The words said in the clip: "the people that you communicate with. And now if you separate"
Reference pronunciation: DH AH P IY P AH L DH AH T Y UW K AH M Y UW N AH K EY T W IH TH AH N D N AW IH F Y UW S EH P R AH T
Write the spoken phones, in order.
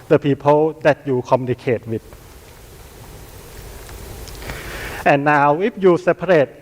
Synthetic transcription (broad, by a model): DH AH P IY P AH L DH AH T Y UW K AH M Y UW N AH K EY T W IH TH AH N N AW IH P Y UW S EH P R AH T